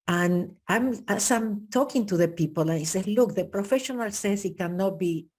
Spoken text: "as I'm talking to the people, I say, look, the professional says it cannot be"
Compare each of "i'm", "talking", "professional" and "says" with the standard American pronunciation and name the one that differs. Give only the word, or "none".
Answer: says